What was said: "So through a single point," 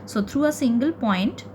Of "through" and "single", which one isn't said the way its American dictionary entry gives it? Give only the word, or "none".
through